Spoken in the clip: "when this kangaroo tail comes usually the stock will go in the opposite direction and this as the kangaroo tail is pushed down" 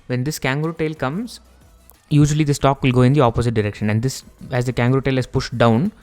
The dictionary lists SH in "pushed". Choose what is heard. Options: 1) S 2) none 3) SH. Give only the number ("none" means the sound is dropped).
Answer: 3